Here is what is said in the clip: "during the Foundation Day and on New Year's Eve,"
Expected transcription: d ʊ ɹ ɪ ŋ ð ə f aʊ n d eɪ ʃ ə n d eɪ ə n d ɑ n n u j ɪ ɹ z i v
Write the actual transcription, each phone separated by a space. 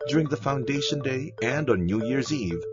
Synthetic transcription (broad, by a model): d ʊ ɹ ɪ ŋ ð ə f aʊ n d eɪ ʃ ə n d eɪ ə n d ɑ n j u j ɪ ɹ z i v